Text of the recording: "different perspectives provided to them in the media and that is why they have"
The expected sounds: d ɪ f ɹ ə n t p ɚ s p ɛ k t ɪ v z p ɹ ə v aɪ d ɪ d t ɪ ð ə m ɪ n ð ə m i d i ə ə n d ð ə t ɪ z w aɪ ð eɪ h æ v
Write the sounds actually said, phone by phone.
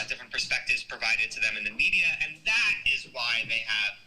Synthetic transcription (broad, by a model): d ɪ f ɹ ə n p ɚ s p ɛ k t ɪ v z p ɹ ə v aɪ d ɪ d t ɪ ð ə m ɪ n ð ə m i d i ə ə n ð ə t ɪ z w aɪ ð eɪ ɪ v